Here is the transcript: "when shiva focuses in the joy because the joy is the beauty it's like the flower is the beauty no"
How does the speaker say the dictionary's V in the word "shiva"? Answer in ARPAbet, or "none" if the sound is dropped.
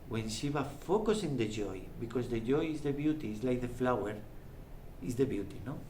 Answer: B